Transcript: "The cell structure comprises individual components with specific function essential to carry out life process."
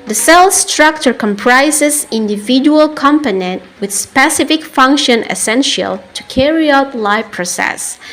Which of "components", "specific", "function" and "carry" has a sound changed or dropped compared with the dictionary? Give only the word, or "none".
components